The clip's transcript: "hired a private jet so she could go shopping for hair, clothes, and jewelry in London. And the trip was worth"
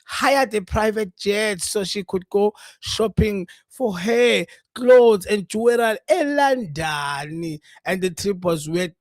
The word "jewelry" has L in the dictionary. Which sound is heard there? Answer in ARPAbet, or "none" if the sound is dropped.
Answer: none